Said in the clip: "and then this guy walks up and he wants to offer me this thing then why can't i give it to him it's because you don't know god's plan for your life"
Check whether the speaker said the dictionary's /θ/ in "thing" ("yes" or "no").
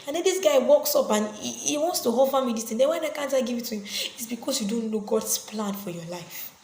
no